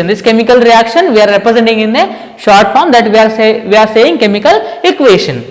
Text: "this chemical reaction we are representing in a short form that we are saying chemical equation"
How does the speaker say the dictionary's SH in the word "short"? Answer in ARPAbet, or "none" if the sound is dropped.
SH